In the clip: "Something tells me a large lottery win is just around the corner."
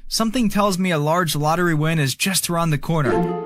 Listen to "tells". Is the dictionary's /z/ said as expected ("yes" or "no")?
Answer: yes